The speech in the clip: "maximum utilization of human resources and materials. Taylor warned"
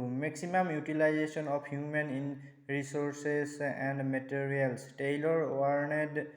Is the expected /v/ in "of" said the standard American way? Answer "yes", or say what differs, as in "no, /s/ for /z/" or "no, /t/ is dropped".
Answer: no, /p/ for /v/